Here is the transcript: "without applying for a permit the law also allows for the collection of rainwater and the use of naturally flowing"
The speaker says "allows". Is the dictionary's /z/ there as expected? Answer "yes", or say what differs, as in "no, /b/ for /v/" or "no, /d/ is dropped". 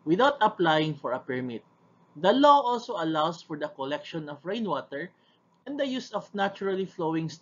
no, /s/ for /z/